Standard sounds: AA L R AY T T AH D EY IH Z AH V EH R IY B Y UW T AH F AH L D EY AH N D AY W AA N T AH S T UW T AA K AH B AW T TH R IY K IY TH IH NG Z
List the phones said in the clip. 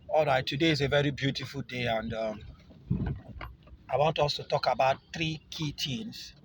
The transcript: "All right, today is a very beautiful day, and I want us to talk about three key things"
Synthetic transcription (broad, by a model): AA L R AY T T AH D EY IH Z AH V EH R IY B Y UW T AH F AH L D EY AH N D AY W AA N T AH S T UW T AA K AH B AW T TH R IY K IY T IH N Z